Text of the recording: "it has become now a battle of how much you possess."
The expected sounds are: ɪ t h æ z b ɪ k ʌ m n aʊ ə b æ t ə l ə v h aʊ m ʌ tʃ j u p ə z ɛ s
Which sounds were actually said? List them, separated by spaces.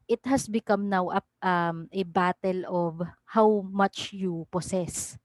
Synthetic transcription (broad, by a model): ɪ t h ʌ s b ɪ k ʌ m n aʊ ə b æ t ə l ə v h aʊ m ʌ tʃ j u p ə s ɛ s